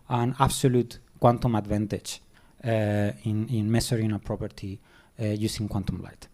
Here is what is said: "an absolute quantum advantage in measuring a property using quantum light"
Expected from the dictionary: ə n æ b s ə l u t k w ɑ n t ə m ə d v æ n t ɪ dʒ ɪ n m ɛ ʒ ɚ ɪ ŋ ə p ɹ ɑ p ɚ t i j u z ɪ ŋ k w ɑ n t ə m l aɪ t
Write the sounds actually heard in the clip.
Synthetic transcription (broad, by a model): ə n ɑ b s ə l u t k w ɑ n t ə m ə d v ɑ n t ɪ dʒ ɪ n m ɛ s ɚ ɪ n ə p ɹ ɑ p ɚ t i j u s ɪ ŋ k w ɑ n t ə m l aɪ t